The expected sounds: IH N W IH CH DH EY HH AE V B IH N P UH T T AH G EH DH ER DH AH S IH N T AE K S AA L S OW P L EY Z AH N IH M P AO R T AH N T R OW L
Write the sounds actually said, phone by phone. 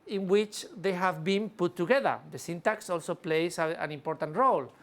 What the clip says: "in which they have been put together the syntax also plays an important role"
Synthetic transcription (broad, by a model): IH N W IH CH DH EY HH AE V B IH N P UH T T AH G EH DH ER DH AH S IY N T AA K S AA L S OW P L EY S AH N IH M P AO R T AH N T R OW L